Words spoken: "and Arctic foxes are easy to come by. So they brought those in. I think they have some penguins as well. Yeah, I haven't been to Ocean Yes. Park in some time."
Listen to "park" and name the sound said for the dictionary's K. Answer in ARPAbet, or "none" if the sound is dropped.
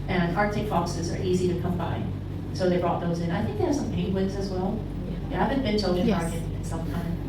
none